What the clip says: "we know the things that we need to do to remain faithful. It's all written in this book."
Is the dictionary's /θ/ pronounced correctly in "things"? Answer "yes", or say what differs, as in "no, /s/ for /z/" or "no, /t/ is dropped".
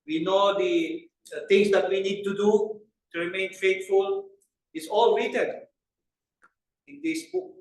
no, /t/ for /θ/